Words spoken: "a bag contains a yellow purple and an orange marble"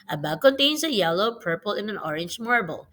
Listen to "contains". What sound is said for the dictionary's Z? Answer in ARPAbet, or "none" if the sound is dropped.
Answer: S